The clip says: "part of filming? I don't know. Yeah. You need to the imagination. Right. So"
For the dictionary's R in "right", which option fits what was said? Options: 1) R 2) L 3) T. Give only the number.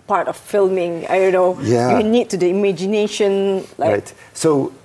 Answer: 2